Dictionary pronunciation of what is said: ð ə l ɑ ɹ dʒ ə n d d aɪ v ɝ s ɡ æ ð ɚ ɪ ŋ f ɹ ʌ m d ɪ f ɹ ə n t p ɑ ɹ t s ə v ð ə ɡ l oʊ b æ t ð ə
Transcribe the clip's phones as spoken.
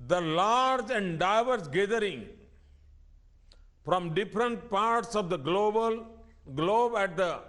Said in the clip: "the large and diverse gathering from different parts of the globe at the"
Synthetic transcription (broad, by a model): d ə l ɑ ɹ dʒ ə n d d aɪ v ɝ s ɡ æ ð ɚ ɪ ŋ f ɹ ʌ m d ɪ f ɹ ə n t p ɑ ɹ t s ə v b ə ɡ l oʊ b æ t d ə